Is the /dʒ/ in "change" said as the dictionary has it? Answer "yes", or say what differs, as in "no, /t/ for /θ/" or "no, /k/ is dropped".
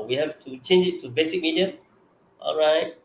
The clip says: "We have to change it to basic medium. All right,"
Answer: yes